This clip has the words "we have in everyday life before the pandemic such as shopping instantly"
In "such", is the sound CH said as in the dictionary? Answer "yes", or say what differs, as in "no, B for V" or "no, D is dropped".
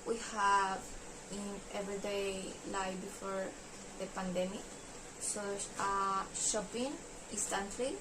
no, CH is dropped